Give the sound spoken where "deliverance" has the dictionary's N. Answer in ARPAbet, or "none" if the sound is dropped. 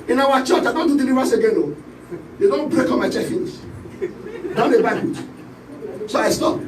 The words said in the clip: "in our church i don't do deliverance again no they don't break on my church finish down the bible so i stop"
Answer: none